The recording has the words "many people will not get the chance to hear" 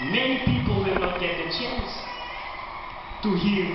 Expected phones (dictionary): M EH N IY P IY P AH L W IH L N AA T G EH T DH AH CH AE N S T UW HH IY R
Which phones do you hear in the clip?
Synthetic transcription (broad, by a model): M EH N IY P IY P AH L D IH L N AA T G EH T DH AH CH AE N S T UW HH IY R